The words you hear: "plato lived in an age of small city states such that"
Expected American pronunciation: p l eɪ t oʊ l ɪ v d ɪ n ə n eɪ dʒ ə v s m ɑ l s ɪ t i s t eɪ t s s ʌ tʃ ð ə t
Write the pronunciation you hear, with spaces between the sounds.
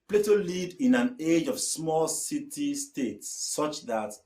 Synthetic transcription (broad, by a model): p l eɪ t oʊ l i d ɪ n ə n eɪ dʒ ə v s m ɑ l s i t i s t eɪ t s s ʌ tʃ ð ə t